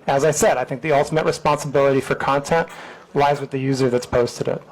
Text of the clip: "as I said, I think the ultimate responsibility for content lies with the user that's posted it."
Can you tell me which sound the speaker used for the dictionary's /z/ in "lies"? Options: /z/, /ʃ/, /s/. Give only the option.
/z/